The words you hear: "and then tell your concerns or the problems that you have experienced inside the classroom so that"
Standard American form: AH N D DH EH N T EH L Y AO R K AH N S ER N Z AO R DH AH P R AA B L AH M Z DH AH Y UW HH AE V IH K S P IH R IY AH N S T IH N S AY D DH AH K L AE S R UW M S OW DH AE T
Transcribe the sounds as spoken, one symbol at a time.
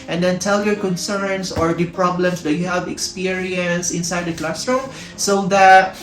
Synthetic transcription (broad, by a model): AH N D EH N T EH L Y AO R K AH N S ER N S AO R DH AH P R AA B L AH M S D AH Y UW HH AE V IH K S P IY R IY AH N S IH N S AY D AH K L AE S R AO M S OW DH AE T